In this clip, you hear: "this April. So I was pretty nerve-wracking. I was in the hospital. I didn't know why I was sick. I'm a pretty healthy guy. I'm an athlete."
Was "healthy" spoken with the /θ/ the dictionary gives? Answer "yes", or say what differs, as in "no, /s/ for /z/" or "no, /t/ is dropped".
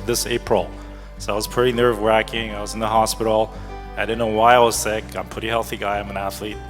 yes